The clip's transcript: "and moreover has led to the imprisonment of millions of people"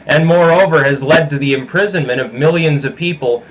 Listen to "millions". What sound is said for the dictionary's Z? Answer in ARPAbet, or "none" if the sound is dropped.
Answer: Z